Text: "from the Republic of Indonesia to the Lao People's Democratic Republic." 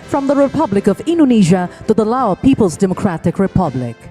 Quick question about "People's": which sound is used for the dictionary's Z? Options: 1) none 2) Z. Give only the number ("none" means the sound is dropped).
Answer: 2